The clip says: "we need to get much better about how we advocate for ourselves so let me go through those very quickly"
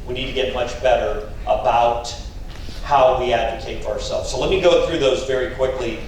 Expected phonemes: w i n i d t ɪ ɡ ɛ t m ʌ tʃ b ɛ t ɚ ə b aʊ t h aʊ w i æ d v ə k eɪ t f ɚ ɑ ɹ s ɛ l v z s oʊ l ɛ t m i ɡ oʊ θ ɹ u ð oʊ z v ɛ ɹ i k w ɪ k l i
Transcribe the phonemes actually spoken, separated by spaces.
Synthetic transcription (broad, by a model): w i n i d t ɪ ɡ ɛ t m ʌ tʃ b ɛ t ɚ ə b aʊ t h aʊ w i æ d v ə k eɪ t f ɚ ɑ ɹ s ɛ l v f s oʊ l ɛ t m i ɡ oʊ θ ɹ u ð oʊ z v ɛ ɹ i k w ɪ k l i